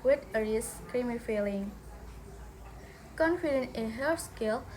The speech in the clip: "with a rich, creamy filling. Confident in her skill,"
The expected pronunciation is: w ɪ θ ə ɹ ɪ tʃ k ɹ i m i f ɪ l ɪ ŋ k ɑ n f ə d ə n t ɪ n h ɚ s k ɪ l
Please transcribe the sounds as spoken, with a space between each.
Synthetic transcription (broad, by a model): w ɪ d ə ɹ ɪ s k ɹ i m i f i l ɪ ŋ k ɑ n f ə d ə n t ɪ n h ɚ s k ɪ l